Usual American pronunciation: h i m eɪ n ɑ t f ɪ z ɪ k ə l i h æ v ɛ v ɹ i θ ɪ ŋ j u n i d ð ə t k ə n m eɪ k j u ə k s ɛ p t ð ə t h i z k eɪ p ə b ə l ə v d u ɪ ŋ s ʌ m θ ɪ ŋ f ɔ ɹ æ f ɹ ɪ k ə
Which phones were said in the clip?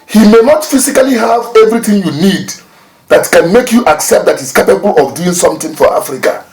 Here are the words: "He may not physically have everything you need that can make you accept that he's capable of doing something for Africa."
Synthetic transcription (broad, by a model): h i m eɪ n ɑ t f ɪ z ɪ k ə l i h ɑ v ɛ v ɹ i θ ɪ ŋ j u n i d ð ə t k ə n m eɪ k j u ə k s ɛ p t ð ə t h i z k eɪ p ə b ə l ə v d u ɪ ŋ s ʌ m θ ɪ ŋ f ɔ ɹ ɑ f ɹ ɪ k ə